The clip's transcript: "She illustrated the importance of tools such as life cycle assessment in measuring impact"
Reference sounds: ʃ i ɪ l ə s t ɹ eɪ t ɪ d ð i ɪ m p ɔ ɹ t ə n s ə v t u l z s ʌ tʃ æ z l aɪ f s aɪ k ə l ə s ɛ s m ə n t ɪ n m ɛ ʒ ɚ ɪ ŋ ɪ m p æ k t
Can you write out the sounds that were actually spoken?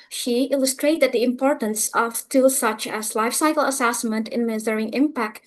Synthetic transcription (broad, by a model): ʃ i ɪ l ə s t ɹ eɪ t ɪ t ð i ɪ m p ɔ ɹ t ə n s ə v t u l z s ʌ tʃ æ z l aɪ f s aɪ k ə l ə s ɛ s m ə n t ɪ n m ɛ z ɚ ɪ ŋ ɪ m p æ k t